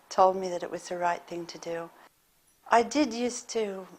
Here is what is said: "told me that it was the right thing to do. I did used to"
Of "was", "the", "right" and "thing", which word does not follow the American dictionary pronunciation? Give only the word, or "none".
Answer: none